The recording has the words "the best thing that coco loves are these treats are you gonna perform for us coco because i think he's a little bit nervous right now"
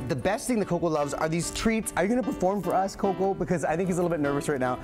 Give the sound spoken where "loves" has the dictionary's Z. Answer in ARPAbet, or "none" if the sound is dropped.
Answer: Z